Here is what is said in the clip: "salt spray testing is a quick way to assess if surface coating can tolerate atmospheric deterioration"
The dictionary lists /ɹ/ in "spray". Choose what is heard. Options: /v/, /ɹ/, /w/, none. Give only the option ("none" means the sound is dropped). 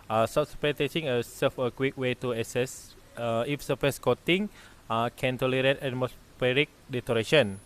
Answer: none